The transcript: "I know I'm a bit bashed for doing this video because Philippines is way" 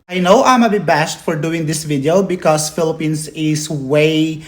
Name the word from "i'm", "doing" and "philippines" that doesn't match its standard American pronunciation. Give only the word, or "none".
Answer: philippines